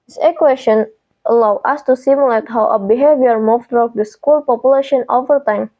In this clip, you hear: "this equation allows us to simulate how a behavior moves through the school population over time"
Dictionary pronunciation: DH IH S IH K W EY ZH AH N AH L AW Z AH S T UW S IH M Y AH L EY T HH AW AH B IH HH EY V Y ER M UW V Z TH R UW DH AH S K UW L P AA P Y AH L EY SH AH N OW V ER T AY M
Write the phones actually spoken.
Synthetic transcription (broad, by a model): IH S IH K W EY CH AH N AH L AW AH S T UW S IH M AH L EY T HH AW AH B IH HH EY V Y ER M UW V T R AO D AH S K UW L P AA P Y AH L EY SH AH N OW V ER T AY M